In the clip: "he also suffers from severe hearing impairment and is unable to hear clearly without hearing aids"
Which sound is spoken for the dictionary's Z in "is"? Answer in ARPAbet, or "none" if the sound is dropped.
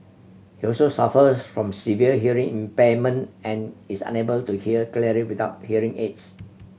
S